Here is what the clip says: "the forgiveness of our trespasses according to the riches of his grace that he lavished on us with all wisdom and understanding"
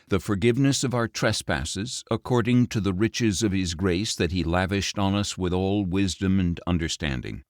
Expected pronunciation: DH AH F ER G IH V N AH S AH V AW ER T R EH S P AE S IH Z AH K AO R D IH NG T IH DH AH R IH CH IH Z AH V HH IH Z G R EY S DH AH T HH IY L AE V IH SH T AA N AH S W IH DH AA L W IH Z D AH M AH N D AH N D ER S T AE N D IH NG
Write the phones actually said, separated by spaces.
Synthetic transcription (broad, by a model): DH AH F ER G IH V N AH S AH V AW ER T R EH S P AE S IH Z AH K AO R D IH NG T IH DH AH R IH CH IH Z AH V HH IH Z G R EY S DH AH T HH IY L AE V IH SH T N AH S W IH DH AA L W IH Z D AH M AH N AH N D ER S T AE N D IH NG